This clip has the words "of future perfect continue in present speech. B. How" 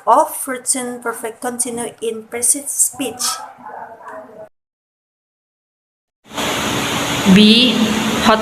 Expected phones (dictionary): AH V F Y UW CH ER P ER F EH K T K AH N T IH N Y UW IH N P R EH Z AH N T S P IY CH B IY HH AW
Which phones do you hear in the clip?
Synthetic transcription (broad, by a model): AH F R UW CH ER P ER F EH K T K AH N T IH N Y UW IH N P R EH S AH T S P IY CH B IY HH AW